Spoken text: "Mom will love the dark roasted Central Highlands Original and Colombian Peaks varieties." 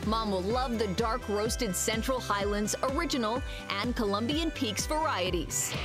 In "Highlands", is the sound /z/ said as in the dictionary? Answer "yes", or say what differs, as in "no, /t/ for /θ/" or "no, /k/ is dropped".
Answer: yes